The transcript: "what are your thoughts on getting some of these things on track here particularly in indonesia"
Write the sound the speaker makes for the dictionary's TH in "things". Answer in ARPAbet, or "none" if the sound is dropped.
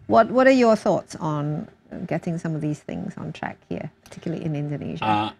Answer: TH